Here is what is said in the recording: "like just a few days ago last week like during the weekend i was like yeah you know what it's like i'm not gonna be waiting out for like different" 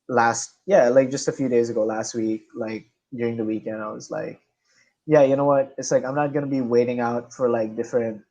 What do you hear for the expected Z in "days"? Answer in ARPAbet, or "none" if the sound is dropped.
Z